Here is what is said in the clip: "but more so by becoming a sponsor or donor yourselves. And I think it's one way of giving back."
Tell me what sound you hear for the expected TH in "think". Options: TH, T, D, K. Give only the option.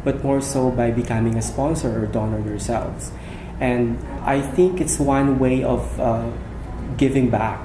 TH